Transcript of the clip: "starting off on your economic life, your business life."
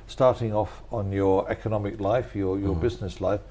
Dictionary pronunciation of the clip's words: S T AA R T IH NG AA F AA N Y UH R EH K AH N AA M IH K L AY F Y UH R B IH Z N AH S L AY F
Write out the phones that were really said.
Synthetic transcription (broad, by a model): S T AA R T IH NG AA F N Y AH R EH K AH N AA M IH K L AY F Y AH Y B IH Z N AH S L AY F